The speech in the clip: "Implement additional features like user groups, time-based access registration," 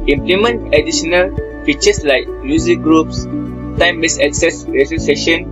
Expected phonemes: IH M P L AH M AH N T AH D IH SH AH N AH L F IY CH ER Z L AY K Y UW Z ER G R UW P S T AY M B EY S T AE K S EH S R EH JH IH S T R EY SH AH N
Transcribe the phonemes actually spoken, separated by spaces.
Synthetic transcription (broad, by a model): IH M P L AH M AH N T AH D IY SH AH N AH L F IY CH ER S L AY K Y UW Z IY G R UW P S T AY M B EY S AE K S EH S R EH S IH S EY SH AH N